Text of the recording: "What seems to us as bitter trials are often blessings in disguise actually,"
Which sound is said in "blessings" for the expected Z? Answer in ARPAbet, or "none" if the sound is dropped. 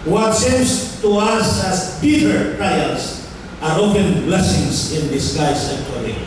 S